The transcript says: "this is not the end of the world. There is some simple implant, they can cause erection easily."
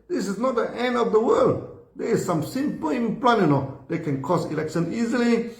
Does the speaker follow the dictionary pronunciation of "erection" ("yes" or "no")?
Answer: no